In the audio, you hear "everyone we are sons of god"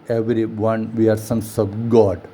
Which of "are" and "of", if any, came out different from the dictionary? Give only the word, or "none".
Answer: of